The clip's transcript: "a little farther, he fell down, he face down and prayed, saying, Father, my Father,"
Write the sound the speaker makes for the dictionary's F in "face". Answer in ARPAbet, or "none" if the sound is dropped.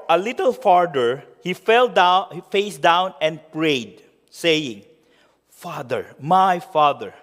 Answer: F